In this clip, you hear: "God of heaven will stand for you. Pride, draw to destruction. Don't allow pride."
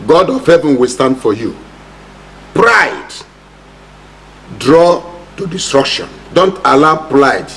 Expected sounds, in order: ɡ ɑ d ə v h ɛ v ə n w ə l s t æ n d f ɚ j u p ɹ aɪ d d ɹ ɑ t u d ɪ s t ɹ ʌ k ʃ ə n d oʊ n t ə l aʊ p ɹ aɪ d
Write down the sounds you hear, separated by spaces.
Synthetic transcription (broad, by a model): ɡ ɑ d ə v h ɛ v ə n w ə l s t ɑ n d f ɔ j u p ɹ aɪ d d ɹ ɑ t u d ɪ s t ɹ ʌ k ʃ ə n d oʊ n t ə l aʊ p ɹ aɪ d